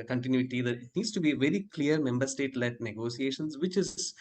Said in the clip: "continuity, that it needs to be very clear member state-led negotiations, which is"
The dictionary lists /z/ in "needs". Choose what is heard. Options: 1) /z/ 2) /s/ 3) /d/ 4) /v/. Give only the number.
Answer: 2